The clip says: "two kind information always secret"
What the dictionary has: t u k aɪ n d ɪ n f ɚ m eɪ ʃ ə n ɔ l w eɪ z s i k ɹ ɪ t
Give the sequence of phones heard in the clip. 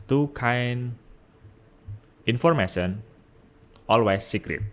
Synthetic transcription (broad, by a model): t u k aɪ n ɪ n f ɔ m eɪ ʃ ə n ɔ l w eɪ s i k ɹ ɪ t